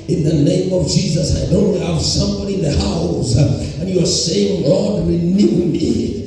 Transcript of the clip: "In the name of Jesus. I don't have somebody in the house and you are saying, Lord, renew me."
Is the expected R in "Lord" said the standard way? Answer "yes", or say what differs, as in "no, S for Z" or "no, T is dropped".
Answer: no, L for R